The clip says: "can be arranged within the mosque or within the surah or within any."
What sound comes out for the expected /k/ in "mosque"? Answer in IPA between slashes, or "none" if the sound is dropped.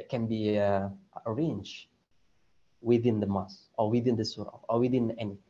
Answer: none